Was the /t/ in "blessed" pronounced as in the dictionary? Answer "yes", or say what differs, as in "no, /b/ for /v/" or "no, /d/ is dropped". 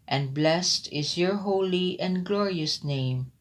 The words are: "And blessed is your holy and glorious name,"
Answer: yes